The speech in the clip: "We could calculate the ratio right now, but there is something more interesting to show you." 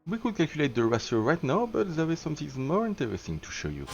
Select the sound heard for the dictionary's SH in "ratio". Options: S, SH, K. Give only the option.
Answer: S